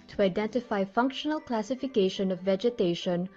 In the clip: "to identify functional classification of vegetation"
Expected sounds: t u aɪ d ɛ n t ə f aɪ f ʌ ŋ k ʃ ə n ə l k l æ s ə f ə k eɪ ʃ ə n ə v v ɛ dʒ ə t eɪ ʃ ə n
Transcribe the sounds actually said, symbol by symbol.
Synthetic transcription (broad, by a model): t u aɪ d ɛ n t ə f aɪ f ʌ ŋ k ʃ ə n ə l k l æ s ə f ə k eɪ ʃ ə n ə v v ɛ dʒ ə t eɪ ʃ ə n